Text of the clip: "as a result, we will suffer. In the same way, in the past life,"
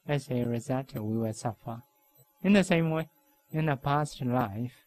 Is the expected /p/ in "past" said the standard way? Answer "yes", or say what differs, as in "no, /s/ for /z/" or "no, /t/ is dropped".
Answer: yes